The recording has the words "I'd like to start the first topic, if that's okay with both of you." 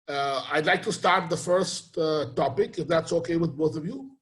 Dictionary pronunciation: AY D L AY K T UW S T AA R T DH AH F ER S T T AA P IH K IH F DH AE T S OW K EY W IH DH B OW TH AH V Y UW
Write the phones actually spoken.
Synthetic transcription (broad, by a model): AY D L AY K T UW S T AA R T DH AH F ER S T T AA P IH K IH F DH AE T S OW K EY W IH DH B OW TH AH V Y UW